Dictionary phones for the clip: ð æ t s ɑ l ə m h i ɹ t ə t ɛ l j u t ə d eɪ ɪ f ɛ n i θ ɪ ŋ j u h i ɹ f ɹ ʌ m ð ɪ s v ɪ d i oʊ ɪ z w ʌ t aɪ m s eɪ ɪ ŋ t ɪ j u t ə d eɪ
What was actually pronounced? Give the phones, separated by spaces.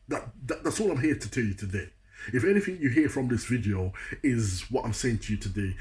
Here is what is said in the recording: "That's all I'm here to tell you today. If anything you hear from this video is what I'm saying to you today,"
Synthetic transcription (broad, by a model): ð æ t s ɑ ə m h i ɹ t ə t ɛ l j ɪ t ə d eɪ ɪ f ɛ n i θ ɪ ŋ j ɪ h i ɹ f ɹ ʌ m ð ɪ s v ɪ d i oʊ ɪ z w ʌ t aɪ m s eɪ ɪ ŋ t ɪ j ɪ t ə d eɪ